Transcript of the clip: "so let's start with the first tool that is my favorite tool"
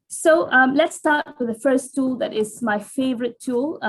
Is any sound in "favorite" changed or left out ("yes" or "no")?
no